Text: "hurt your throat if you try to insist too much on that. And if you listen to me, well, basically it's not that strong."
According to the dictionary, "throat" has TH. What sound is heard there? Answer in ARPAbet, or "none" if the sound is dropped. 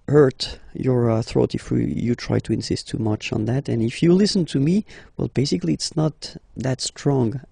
TH